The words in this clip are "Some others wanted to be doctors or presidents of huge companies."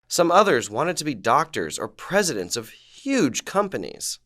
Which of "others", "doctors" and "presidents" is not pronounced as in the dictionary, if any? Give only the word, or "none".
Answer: none